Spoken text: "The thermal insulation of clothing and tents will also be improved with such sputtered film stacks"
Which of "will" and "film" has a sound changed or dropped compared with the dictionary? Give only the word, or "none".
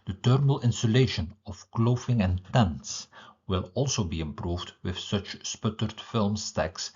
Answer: none